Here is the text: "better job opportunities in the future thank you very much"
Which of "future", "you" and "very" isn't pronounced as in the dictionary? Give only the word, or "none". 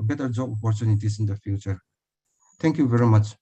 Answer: none